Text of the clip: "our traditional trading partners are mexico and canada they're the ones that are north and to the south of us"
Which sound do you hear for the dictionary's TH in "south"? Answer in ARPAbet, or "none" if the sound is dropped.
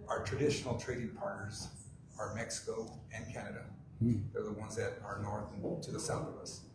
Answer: TH